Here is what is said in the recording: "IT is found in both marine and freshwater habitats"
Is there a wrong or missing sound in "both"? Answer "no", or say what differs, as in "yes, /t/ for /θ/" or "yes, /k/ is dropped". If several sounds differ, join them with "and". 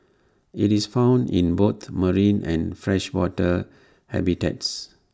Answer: yes, /t/ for /θ/